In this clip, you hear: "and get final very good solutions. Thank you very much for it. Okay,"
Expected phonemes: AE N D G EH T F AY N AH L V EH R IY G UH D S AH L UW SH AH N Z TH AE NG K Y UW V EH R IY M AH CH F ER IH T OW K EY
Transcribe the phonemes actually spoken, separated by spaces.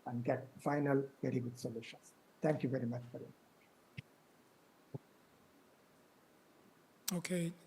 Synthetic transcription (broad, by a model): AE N D G EH T F AY N AH L V EH R IY G UH D S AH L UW SH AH N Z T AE NG K Y UW V EH R IY M AH CH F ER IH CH OW K EY